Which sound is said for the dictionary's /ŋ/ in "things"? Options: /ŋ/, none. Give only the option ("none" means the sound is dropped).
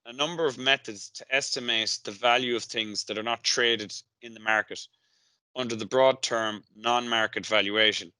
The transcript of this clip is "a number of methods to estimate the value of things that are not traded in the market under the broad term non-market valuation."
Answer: /ŋ/